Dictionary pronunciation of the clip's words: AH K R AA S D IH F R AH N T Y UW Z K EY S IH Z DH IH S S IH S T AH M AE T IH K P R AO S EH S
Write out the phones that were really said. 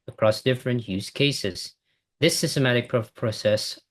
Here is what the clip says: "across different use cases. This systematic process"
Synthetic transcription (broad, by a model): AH K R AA S D IH F R AH N T Y UW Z K EY S IH Z DH IH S S IH S T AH M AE T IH K P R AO S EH S